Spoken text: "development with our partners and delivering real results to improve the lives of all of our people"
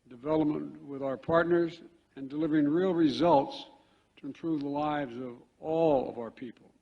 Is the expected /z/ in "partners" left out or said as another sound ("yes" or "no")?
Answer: no